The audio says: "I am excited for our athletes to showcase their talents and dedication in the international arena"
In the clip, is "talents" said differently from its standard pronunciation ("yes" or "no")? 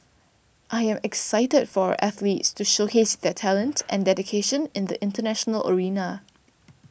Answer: yes